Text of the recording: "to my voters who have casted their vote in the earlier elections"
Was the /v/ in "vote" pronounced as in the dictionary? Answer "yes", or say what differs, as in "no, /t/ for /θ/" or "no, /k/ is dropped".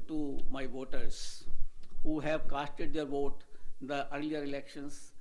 yes